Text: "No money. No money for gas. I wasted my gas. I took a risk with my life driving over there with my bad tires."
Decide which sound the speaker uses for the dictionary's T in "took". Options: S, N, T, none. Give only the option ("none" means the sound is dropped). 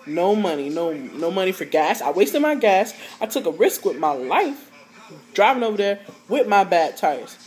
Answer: T